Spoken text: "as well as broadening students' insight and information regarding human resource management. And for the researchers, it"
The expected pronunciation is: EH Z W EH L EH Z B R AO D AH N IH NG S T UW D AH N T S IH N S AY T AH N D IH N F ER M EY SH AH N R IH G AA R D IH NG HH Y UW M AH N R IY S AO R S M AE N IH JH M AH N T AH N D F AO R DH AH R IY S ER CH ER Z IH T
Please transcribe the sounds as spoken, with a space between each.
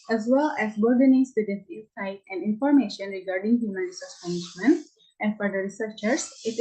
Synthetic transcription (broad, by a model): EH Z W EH L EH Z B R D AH N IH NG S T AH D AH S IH S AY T AH N D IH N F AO M EY SH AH N R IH G AA R D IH NG HH Y UW M AH N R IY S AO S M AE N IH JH M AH N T AH N D F AO R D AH R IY S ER CH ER S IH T